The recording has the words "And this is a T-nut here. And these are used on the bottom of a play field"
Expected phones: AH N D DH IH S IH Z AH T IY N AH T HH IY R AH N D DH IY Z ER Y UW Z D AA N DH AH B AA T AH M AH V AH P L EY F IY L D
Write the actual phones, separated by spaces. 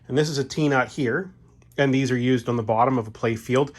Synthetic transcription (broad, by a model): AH N DH IH S IH Z AH T IY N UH T HH IY R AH N DH IY Z ER Y UW Z D N DH AH B AA T AH M AH V AH P L EY F IY L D